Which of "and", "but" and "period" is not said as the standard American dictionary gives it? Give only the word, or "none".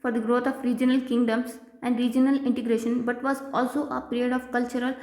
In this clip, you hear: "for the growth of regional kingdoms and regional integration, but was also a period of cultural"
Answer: none